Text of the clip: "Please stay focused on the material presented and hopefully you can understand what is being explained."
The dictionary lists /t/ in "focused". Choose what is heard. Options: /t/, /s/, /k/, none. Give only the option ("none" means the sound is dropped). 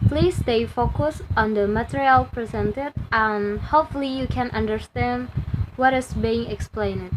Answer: none